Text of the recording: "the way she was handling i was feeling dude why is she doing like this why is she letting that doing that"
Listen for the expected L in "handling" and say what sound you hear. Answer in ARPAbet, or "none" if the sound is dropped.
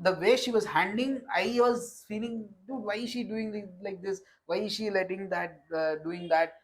none